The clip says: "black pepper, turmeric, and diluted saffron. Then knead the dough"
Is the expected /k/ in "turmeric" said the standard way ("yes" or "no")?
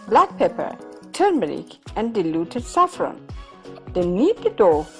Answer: yes